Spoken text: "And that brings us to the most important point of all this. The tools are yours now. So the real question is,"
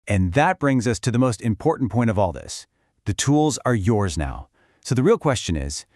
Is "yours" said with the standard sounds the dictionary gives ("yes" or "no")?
yes